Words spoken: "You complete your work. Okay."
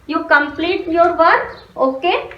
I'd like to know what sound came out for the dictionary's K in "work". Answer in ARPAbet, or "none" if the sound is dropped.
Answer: none